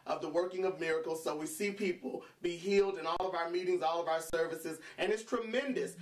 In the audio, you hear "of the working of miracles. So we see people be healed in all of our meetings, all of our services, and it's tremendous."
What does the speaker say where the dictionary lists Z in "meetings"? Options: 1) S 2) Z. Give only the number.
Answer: 2